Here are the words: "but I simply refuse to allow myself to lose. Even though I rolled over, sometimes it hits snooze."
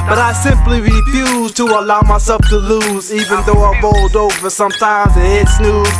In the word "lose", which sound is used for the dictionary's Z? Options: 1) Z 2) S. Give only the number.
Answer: 1